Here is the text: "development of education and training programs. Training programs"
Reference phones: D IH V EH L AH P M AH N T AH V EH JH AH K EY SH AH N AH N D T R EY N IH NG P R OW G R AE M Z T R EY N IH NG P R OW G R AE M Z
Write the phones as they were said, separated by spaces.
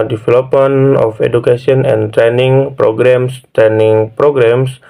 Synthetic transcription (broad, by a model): D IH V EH L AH P M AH N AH F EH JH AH K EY S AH N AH N T R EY N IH NG P R OW G R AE M S T R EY N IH NG P R OW G R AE M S